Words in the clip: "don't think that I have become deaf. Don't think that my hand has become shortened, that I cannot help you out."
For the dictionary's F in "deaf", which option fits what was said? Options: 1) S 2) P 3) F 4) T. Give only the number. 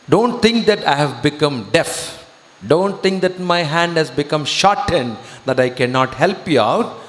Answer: 3